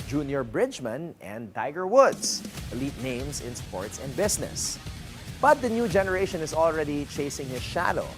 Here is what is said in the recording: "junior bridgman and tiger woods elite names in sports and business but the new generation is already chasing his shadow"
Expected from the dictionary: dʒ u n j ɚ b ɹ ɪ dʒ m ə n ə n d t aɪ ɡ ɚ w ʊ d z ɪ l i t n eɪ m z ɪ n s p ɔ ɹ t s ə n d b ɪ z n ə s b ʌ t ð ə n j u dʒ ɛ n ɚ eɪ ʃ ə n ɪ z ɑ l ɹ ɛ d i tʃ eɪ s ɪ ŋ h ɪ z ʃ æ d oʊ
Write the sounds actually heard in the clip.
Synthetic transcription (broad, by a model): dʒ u n j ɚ b ɹ ɪ dʒ m ə n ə n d t aɪ ɡ ɚ w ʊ d s ɪ l i t n eɪ m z ɪ n s p ɔ ɹ t s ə n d b ɪ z n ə s b ʌ t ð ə n j u dʒ ɛ n ɚ eɪ ʃ ə n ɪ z ɑ l ɹ ɛ d i tʃ eɪ s ɪ ŋ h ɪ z ʃ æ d oʊ